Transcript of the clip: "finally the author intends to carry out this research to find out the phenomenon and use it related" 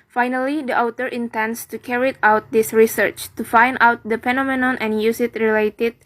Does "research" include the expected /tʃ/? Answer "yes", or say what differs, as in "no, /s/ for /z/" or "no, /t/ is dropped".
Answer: yes